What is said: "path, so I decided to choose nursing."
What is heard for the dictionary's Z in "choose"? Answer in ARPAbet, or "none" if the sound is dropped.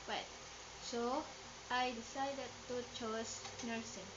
S